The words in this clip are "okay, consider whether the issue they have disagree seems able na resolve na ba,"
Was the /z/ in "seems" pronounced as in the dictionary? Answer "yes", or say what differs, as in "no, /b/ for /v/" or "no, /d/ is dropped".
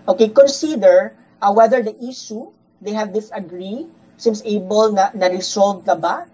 no, /s/ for /z/